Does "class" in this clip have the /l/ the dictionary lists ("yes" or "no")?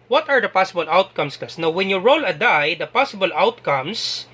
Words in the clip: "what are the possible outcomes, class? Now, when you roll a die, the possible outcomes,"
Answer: no